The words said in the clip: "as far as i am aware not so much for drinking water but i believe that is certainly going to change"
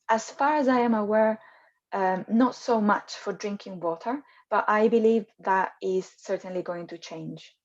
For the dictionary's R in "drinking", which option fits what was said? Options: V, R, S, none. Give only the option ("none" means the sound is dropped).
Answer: R